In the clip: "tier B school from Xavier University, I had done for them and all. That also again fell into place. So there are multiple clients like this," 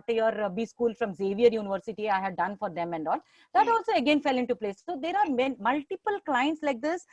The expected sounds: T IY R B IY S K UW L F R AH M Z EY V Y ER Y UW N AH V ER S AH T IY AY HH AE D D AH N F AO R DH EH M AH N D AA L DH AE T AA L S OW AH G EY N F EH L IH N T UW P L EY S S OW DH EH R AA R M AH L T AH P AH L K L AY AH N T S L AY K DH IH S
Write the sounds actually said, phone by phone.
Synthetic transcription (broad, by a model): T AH R B IY S K UW L F R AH M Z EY V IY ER Y UW N AH V ER S AH T IY AY HH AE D D AH N F AO R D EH M AH N D AA L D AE T AA L S OW AH G EY N F EH L IH N T UW P L EY S S OW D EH R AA R M AH L T AH P AH L K L AY AH N T S L AY K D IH S